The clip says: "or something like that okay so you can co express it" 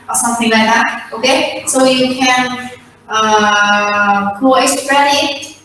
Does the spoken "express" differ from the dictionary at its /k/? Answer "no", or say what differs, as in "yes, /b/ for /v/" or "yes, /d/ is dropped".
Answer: yes, /k/ is dropped